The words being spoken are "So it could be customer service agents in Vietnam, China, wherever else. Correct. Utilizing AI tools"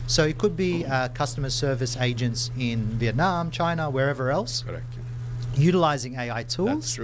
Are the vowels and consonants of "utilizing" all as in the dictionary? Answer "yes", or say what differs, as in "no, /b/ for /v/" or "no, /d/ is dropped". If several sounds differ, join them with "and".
yes